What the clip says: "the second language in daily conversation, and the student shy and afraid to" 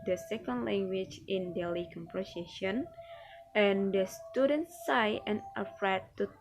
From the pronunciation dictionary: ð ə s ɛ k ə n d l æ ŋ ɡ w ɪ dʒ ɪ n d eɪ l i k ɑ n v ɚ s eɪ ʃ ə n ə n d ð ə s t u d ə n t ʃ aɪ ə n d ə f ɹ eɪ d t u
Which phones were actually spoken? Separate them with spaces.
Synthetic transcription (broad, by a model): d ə s ɛ k ə n d l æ ŋ ɡ w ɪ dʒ ɪ n d eɪ l i k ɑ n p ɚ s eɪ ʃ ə n ə n d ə s t u d ə n t s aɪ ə n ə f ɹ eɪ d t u